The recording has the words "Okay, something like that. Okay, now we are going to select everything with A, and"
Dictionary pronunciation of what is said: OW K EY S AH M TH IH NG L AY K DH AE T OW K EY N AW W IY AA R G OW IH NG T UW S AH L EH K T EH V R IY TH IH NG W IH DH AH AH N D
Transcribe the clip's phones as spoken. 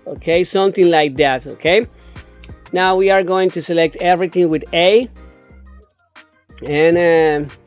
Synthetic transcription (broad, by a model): OW K EY S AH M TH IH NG L AY K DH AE T OW K EY N AW W IY AA R G OW IH NG T UW S AH L EH K T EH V R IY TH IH NG W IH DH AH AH N